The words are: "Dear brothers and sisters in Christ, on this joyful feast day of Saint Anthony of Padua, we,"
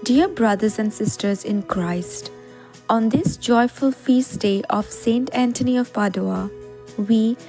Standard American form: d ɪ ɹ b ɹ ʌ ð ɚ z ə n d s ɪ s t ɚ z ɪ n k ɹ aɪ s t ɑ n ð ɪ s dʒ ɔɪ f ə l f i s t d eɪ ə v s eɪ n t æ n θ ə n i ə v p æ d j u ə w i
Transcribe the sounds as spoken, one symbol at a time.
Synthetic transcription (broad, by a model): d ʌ ɹ b ɹ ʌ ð ɚ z ə n d s ɪ s t ɚ z ɪ n k ɹ aɪ s t ɑ n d ɪ s dʒ ɔɪ f ə l f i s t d eɪ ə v s eɪ n t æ n t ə n i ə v p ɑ d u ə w i